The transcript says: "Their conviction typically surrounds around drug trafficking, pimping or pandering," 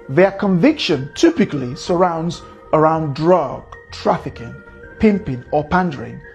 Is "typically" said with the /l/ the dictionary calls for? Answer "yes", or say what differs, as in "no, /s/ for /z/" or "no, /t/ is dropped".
yes